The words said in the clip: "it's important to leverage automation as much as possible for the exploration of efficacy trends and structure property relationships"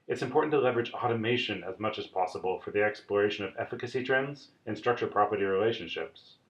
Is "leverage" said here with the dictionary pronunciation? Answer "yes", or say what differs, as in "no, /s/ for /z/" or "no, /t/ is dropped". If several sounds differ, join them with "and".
yes